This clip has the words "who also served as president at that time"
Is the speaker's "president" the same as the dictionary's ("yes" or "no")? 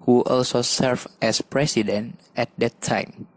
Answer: no